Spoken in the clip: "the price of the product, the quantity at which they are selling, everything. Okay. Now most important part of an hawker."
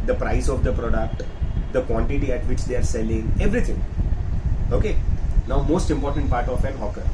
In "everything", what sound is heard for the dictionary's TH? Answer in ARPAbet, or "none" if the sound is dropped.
T